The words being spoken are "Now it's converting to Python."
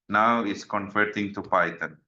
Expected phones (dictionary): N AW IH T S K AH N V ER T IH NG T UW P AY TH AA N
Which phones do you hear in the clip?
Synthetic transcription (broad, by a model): N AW IH T S K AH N F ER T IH NG T UW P AY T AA N